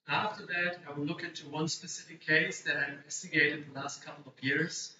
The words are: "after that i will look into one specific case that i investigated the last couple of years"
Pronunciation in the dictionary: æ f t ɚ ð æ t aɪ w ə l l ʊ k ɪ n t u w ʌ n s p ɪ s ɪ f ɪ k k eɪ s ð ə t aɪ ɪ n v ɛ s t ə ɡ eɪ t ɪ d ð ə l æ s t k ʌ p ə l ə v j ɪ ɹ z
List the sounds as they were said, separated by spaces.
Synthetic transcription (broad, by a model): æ f t ɚ ð æ t aɪ w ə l l ʊ k ɪ n t u w ʌ n s p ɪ s ɪ f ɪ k k eɪ s ð ə t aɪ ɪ v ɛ s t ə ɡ eɪ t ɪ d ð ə l æ s t k ʌ p l ə v j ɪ ɹ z